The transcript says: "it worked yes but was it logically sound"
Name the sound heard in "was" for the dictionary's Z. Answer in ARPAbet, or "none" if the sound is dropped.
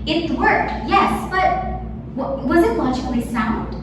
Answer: Z